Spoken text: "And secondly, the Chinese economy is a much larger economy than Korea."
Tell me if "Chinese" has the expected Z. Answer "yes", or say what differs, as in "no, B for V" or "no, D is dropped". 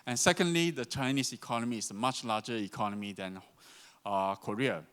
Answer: no, S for Z